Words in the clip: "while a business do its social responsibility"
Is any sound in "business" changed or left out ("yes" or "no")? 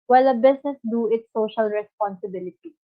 yes